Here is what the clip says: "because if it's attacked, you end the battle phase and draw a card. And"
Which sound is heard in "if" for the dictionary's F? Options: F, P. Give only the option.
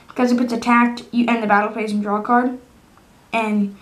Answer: P